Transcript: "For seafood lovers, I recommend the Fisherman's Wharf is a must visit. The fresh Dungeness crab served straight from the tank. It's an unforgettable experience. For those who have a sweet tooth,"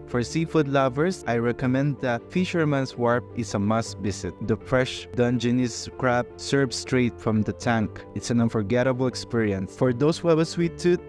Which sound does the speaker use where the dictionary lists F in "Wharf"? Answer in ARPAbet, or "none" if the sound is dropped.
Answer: P